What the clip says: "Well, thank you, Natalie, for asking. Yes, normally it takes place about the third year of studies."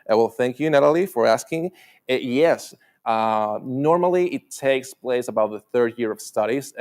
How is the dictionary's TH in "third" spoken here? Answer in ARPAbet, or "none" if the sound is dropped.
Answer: TH